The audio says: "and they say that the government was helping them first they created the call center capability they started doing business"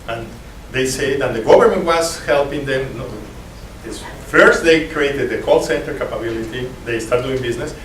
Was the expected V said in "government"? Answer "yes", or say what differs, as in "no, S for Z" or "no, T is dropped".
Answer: no, B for V